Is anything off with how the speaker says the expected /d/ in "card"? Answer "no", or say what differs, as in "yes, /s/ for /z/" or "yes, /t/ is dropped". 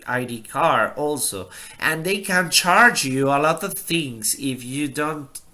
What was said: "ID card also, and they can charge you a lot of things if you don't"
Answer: yes, /d/ is dropped